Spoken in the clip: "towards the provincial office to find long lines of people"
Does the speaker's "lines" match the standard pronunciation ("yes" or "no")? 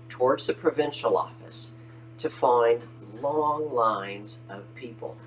yes